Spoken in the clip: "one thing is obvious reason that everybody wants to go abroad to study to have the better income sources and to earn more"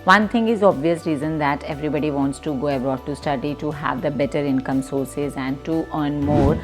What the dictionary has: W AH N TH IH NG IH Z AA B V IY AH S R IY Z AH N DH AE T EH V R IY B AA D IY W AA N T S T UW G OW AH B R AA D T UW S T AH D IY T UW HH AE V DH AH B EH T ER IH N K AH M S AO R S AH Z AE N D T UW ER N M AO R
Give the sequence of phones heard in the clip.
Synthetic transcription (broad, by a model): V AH N T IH NG IH Z AA B V IY AH S R IY Z AH N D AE T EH V R IY B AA D IY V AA N T S T UW G OW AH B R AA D T UW S T AH D IY T UW HH AE V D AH B EH T ER IH N K AH M S AO R S AH Z AE N D T UW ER N M AO R